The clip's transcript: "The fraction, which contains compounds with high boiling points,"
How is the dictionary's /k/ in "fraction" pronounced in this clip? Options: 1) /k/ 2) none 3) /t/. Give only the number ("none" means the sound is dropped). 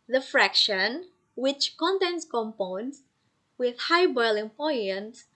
1